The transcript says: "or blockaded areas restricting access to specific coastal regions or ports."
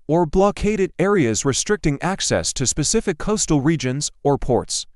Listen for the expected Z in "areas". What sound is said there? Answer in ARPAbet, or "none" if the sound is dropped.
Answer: Z